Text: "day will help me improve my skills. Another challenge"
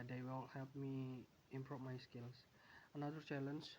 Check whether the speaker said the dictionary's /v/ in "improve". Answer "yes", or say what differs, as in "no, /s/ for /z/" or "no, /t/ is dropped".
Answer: no, /p/ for /v/